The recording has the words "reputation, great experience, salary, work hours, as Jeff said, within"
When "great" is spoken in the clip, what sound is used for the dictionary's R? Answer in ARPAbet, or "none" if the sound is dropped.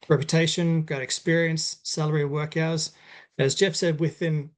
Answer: none